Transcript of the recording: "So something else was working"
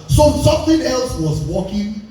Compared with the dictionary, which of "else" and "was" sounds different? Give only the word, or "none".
none